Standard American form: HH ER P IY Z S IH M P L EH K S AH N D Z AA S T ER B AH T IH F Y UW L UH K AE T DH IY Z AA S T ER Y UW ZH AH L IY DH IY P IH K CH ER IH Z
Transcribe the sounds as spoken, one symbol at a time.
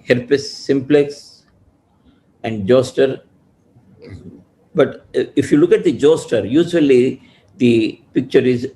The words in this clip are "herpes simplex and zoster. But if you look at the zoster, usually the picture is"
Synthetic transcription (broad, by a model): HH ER P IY S IH M P L EH K S AH N D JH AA S T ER B AH T IH F Y UW L UH K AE T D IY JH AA S T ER Y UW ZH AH L IY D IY P IH K CH ER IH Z